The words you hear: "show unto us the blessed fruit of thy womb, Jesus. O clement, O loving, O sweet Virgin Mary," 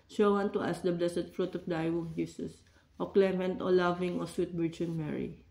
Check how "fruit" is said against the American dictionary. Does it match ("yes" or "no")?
yes